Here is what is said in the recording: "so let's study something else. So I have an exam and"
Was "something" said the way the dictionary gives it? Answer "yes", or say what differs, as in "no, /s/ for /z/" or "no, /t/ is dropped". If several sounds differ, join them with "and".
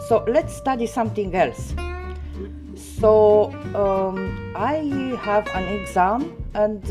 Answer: no, /t/ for /θ/